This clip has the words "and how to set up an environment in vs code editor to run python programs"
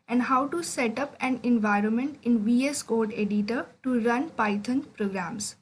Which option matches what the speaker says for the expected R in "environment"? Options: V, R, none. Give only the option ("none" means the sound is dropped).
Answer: R